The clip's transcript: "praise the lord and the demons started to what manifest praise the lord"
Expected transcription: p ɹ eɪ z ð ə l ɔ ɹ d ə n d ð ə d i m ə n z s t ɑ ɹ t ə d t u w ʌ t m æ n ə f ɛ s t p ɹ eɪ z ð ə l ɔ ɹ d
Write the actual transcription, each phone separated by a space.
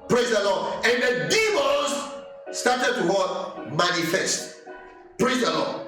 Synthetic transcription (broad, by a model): p ɹ eɪ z ð ə l ɔ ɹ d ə n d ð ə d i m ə z s t ɑ t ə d t u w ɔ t m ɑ n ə f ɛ s t p ɹ eɪ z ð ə l ɔ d